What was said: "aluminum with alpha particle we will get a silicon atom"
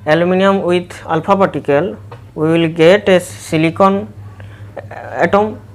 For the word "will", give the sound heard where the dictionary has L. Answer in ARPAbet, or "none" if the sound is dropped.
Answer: L